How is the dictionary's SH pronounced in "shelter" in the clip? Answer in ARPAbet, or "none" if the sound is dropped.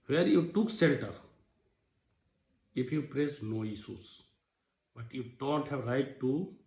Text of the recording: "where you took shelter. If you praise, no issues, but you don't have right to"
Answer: S